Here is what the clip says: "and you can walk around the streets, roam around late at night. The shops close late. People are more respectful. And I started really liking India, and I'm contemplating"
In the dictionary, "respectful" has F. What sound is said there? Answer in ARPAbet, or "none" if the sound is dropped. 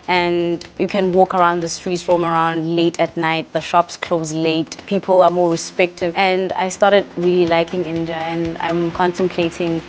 none